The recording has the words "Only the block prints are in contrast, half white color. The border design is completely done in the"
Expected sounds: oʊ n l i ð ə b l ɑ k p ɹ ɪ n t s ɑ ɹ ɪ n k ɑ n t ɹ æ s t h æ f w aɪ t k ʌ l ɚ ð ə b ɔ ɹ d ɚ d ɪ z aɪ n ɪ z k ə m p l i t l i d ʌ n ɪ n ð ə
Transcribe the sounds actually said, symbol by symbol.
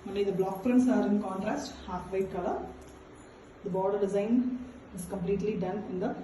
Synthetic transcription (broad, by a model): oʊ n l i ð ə b l ɑ k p ɹ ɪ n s ɑ ɹ ɪ n k ɑ n t ɹ æ s t h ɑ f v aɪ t k ʌ l ɚ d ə b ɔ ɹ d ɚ d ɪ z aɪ n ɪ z k ə m p l i t l i d ʌ n ɪ n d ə